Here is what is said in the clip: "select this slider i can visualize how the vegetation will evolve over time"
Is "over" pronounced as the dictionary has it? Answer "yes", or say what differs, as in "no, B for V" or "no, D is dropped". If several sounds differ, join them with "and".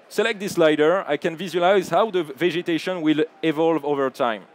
yes